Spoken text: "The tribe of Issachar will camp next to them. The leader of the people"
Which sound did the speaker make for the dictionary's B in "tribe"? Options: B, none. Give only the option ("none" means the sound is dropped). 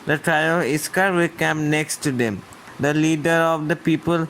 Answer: none